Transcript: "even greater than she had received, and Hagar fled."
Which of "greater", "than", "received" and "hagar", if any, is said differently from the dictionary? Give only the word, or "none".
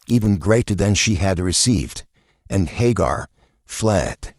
none